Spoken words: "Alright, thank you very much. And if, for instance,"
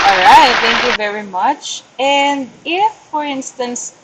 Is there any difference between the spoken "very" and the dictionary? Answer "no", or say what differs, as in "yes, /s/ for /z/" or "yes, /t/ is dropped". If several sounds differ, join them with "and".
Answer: no